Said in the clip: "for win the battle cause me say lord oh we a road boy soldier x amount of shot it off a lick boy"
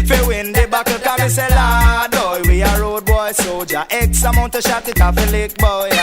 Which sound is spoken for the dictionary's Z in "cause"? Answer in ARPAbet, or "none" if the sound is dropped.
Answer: none